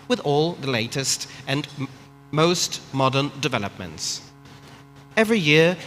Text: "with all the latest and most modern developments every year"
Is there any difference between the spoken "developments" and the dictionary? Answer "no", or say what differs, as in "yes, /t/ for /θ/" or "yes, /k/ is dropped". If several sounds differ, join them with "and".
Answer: no